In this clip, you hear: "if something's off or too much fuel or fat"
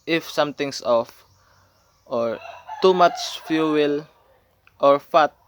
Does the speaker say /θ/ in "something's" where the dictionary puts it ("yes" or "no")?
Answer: no